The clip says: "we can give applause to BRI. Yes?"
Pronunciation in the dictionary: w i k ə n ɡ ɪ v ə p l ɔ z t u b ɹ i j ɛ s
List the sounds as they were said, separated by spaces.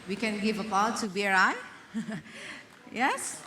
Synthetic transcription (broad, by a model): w i k ə n ɡ ɪ v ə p ɔ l t u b ɹ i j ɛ s